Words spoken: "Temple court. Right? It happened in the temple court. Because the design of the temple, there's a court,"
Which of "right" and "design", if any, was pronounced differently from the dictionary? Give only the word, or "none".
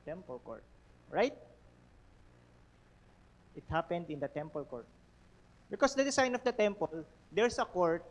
design